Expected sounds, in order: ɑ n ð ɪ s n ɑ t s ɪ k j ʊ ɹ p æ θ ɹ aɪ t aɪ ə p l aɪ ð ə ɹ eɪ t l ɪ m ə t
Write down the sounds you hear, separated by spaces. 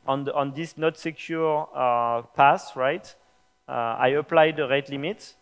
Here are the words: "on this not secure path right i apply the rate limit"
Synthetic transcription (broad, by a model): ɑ n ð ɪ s n ɑ t s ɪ k j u ɹ p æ s ɹ aɪ t aɪ ə p l aɪ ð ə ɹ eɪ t l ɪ m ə t